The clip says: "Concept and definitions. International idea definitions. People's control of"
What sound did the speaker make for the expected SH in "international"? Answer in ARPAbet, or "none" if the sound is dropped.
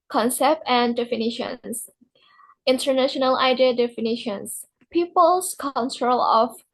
SH